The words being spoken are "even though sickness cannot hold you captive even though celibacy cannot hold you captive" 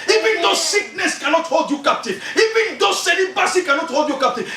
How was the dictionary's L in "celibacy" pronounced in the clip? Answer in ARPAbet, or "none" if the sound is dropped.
N